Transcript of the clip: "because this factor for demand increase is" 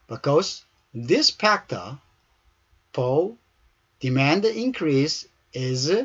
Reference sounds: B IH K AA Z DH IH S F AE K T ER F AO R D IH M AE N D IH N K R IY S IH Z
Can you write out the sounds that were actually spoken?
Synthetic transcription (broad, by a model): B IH K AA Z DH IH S P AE K T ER P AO L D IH M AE N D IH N K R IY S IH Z